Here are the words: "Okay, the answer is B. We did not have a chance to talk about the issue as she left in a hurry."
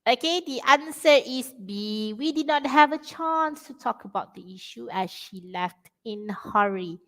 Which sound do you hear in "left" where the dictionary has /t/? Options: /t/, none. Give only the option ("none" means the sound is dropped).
/t/